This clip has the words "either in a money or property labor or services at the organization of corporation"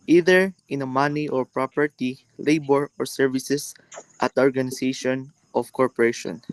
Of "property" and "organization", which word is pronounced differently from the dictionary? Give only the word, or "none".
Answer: organization